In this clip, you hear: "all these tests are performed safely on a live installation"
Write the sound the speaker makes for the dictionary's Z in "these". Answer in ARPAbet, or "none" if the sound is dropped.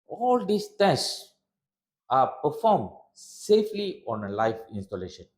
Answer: S